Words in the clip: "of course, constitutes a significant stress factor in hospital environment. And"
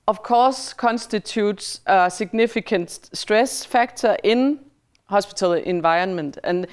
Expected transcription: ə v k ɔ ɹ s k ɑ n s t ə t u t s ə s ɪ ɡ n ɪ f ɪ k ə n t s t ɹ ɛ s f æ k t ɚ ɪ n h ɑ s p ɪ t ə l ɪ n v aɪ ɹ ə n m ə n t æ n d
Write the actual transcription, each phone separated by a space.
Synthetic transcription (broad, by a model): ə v k ɔ s k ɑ n s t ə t u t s ə s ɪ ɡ n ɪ f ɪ k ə n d s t ɹ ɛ s f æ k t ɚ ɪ n h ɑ s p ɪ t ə l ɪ n v aɪ ə n m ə n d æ n